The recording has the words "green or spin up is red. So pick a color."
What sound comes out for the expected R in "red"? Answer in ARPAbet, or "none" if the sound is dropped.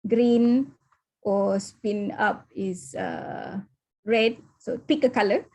R